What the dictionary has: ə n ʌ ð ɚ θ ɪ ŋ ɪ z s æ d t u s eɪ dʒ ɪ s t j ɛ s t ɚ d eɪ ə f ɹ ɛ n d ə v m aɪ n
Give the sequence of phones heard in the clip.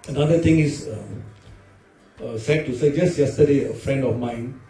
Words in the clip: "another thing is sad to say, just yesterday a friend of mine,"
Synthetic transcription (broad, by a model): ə n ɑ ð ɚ t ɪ ŋ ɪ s s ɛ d t u s eɪ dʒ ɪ s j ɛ s t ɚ d eɪ ə f ɹ ɛ n d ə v m aɪ n